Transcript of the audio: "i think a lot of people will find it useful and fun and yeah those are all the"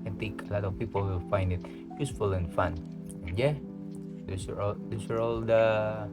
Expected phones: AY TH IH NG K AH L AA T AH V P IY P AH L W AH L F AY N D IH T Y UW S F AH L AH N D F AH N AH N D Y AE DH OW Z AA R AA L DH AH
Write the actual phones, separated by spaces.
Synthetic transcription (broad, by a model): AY T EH K AH L AA T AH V P IY P AH L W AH F AY N D IH T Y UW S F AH L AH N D F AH N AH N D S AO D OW S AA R AA L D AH